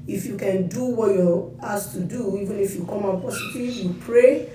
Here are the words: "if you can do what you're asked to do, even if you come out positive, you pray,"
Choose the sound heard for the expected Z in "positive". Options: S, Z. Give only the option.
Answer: S